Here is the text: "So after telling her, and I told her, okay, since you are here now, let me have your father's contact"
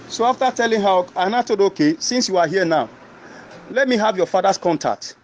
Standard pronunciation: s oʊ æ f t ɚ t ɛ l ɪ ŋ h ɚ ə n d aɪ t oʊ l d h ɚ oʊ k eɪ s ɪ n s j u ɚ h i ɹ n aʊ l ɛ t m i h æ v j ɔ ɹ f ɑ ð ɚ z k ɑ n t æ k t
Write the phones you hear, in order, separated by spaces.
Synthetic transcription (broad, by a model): s oʊ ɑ f t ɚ t ɛ l ɪ ŋ h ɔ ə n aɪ t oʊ d oʊ k eɪ s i n s j u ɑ h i n aʊ l ɛ t m i h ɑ v j ɔ f ɑ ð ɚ s k ɑ n t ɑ k t